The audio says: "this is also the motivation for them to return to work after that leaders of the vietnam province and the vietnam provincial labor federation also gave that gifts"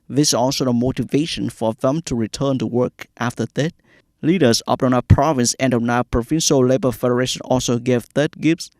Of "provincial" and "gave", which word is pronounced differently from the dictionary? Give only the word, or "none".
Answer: none